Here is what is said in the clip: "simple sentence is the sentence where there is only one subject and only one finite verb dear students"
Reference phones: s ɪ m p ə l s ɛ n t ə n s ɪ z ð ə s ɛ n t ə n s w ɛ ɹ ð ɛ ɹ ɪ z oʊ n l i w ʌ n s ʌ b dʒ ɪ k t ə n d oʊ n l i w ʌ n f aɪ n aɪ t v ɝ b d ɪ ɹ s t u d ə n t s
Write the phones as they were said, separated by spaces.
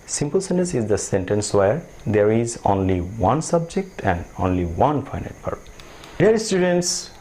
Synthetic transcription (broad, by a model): s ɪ m p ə l s ɛ n t ə n s ɪ z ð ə s ɛ n t ə n s w ɛ ɹ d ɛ ɹ ɪ z oʊ n l i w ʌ n s ʌ b dʒ ɪ k t ə n d oʊ n l i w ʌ n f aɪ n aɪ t p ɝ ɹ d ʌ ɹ s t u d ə n t s